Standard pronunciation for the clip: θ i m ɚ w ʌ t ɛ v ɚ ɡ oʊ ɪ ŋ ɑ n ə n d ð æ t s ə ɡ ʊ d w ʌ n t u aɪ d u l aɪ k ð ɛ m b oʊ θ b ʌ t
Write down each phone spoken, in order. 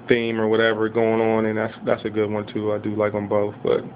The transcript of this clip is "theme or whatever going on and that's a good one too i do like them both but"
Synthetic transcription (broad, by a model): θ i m ɚ w ʌ t ɛ v ɚ ɡ oʊ ɪ ŋ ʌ n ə n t ð æ t s ə ɡ ʊ d w ʌ n t u aɪ d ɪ l aɪ k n b oʊ θ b ʌ t